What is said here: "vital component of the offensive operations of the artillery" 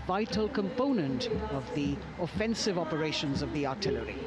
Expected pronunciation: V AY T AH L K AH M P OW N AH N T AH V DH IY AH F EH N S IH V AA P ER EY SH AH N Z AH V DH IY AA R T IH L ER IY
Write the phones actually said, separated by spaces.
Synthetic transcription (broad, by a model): V AY T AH L K AH M P OW N AH N T AH V DH IY AH F EH N S IH V AA P ER EY SH AH N Z AH V DH IY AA R T IH L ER IY